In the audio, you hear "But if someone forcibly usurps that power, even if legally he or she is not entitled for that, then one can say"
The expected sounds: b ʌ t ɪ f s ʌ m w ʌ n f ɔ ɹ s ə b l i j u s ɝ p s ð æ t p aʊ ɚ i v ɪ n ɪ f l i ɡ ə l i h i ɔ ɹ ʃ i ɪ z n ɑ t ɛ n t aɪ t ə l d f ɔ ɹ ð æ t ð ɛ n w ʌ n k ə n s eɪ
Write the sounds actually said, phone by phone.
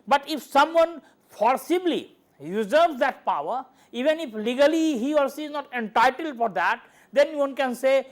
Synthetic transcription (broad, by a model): b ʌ t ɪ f s ʌ m w ʌ n p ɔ ɹ s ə b l i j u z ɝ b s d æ t p aʊ ɚ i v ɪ n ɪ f l i ɡ ə l i h i ɔ ɹ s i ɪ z n ɑ t ɛ n t aɪ t ə l d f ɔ ɹ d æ t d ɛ n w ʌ n k ə n s eɪ